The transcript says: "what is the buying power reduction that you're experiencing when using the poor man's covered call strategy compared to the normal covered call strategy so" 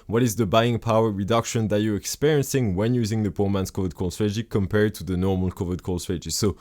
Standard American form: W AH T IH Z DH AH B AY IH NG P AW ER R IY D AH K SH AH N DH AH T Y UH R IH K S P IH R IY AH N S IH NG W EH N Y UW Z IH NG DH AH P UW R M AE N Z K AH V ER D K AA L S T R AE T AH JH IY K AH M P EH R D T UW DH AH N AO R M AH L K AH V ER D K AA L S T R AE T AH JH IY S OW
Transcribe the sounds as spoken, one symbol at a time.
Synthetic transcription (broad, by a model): W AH T IH Z DH AH B AY IH NG P AW ER R IY D AH K SH AH N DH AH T Y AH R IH K S P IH R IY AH N S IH NG W EH N Y UW Z IH NG DH AH P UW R M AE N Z K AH V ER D K AA L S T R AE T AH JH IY K AH M P EH R D T UW DH AH N AO R M AH L K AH V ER D K AA L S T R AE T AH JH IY S OW